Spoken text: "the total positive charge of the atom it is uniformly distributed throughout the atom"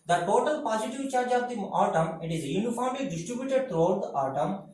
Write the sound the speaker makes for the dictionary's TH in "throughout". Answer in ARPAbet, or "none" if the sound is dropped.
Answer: T